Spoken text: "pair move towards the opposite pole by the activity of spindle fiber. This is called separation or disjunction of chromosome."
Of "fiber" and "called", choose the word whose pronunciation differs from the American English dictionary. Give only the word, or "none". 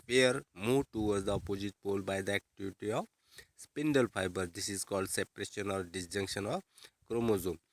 fiber